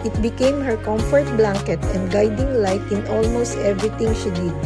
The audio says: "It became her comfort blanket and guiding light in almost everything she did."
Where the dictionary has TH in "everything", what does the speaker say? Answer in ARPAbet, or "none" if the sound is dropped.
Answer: T